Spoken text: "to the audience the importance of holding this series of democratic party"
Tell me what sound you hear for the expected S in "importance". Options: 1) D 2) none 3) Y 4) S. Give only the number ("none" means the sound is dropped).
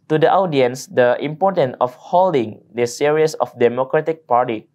2